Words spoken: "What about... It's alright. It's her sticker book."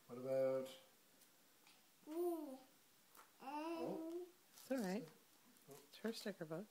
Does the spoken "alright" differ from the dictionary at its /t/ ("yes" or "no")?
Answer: yes